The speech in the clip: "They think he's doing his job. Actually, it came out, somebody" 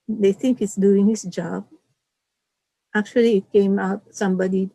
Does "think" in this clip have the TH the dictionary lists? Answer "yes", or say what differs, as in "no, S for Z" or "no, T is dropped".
no, T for TH